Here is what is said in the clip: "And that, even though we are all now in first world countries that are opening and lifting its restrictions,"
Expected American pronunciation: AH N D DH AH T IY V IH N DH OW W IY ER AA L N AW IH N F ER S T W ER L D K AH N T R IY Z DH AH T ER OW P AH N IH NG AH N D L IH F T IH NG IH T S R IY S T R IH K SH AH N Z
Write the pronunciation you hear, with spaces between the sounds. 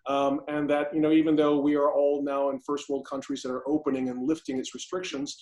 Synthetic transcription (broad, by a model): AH N DH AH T IY V IH N DH OW W IY ER AA L N AW IH N F ER S T W ER L D K AH N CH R IY Z DH AH T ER OW P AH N IH NG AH N L IH F T IH NG IH T S R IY S T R IH K SH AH N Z